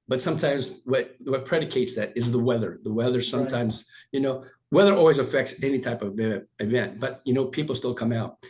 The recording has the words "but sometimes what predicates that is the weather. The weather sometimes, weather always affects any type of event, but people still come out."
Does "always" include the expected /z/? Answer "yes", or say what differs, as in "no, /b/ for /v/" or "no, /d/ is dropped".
yes